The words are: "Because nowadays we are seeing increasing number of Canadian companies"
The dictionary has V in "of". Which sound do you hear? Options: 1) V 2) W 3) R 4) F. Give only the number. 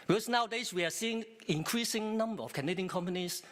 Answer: 4